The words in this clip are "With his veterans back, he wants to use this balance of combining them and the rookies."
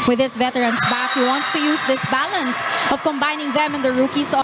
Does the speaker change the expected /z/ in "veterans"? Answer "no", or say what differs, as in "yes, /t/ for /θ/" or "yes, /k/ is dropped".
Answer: yes, /s/ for /z/